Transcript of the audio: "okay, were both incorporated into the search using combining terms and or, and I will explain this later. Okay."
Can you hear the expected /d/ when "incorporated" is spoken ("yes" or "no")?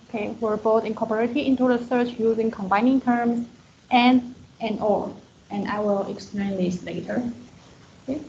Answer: no